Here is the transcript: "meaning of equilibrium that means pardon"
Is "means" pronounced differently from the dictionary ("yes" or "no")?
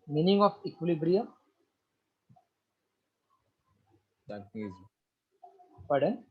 yes